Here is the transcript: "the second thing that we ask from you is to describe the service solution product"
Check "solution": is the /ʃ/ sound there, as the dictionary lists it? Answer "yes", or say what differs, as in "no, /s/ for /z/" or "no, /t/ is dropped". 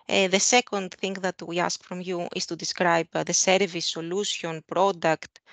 no, /s/ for /ʃ/